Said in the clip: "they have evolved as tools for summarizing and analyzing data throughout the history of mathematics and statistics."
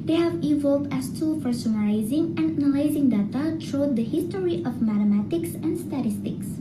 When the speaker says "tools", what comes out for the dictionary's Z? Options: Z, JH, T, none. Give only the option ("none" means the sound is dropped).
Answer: none